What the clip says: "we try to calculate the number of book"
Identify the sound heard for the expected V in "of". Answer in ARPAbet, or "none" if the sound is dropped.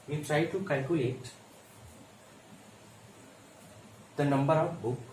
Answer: W